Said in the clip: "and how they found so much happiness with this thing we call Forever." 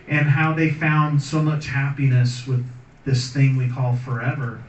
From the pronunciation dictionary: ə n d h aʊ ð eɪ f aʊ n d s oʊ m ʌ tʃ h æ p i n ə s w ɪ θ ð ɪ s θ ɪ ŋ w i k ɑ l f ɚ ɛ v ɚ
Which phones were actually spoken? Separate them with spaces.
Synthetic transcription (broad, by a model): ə n h aʊ ð eɪ f aʊ n d s oʊ m ʌ tʃ h æ p i n ə s w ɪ ð ɪ s θ ɪ ŋ w i k ɑ l f ɚ ɛ v ɚ